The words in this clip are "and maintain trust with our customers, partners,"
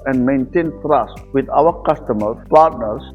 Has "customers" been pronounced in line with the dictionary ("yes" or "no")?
no